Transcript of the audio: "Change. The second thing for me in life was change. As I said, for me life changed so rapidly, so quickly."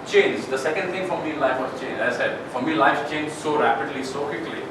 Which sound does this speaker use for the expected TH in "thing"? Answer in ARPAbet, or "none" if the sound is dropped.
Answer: T